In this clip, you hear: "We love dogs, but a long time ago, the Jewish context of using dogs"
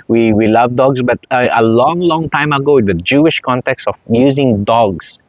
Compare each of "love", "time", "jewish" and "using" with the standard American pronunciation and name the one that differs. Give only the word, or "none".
none